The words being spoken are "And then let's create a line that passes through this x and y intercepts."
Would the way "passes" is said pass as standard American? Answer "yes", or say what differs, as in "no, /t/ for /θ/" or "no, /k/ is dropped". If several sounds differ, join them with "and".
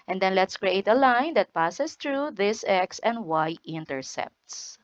no, /s/ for /z/